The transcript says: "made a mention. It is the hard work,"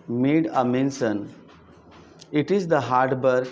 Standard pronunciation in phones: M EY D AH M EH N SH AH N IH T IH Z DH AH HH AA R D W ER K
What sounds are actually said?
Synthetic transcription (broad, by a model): M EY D AH M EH N S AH N IH T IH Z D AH HH AA R D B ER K